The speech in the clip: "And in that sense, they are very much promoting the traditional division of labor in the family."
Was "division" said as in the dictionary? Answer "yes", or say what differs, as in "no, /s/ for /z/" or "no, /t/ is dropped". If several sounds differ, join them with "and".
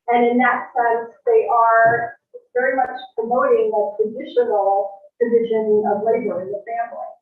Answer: yes